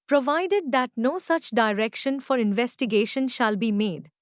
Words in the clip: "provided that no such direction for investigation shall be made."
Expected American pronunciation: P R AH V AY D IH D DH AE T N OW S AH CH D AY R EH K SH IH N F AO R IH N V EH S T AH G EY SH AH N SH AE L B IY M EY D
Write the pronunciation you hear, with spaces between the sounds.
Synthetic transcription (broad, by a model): P R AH V AY D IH D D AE T N OW S AH CH D AY R EH K SH IH N F AO R IH N V EH S T AH G EY SH AH N SH AE L B IY M EY D